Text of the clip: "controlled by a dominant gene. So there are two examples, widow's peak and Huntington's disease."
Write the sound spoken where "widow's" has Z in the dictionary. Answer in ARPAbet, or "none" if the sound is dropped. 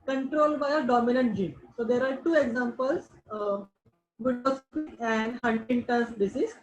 S